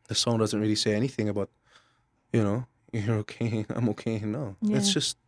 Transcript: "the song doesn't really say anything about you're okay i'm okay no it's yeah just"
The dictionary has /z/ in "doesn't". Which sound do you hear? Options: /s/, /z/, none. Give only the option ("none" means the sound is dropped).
/z/